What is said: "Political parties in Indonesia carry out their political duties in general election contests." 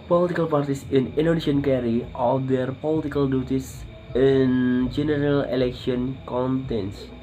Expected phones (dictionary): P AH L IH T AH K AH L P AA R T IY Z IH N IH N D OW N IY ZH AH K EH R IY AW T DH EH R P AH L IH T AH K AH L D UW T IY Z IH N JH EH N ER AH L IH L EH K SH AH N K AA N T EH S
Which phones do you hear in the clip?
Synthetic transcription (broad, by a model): P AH L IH T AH K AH L P AA R T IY S IH N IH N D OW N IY SH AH K EH R IY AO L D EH R P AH L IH T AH K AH L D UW T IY S IH N JH EH N ER AH L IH L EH K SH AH N K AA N T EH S